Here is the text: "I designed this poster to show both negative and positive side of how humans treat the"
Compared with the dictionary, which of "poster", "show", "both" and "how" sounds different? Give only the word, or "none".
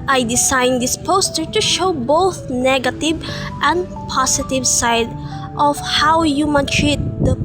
none